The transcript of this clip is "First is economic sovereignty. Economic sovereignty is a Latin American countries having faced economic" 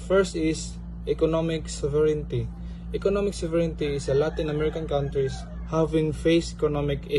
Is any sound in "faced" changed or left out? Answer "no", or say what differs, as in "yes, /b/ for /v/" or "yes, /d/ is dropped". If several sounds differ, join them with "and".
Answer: yes, /t/ is dropped